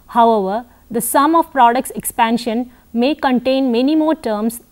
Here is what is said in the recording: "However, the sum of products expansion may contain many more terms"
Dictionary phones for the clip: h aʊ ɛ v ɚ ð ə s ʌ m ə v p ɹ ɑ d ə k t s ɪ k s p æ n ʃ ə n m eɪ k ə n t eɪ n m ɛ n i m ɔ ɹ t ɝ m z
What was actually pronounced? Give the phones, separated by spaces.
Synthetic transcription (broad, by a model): h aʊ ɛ v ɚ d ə s ʌ m ə v p ɹ ɑ d ə k t s ɪ k s p æ n ʃ ə n m eɪ k ə n t eɪ n m ɛ n i m ɔ ɹ t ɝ m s